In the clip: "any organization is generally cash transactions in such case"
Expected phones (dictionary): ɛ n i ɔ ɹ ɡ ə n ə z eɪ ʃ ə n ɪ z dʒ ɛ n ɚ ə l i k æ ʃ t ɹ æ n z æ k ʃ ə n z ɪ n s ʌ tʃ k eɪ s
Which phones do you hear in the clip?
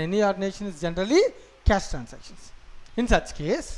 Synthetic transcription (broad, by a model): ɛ n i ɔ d n eɪ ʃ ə n ɪ z dʒ ɛ n ɚ ə l i k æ s t ɹ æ n s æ k ʃ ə n s ɪ n s ʌ tʃ k eɪ s